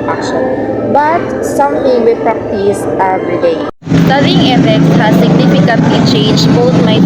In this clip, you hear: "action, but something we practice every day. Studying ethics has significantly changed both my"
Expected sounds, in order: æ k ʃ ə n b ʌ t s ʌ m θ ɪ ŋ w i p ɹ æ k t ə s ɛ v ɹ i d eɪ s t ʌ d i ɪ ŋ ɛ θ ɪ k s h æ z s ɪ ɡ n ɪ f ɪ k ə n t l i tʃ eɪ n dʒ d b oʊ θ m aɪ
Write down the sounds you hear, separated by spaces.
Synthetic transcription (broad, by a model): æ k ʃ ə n b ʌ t s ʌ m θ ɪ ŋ w i p ɹ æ k t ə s ɛ v ɹ i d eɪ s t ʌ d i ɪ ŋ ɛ f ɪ k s h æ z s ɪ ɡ n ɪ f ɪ k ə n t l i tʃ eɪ n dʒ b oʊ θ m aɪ